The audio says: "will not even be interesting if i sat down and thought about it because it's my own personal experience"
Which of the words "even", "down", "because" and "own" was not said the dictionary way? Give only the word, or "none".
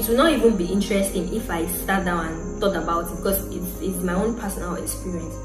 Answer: because